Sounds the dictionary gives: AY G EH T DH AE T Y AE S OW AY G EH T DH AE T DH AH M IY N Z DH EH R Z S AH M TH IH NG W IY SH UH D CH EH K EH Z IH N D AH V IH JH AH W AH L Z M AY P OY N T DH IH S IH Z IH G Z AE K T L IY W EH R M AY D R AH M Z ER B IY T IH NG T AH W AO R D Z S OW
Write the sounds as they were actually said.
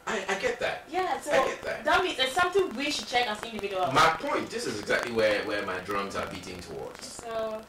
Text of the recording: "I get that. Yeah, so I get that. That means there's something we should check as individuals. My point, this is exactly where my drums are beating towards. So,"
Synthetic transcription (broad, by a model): AY G EH T DH AE T Y AE S OW AY G EH T DH AE T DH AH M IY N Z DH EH S AH M TH IH NG W IY SH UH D CH EH K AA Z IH N D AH V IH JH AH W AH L M AY P OY N T DH IH S IH Z IH G Z AE K T L IY W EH W M AY D R AH M Z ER B IY T IH NG T AH W AO R D Z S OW